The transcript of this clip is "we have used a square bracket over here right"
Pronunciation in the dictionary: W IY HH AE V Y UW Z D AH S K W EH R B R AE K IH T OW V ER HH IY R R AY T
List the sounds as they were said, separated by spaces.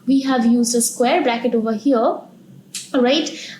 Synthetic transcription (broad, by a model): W IY HH AE V Y UW Z D AH S K W EH R B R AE K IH T OW V ER HH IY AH R AY T